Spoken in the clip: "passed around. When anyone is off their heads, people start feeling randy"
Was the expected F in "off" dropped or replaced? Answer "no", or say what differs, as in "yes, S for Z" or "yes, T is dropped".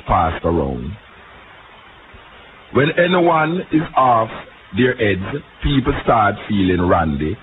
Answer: no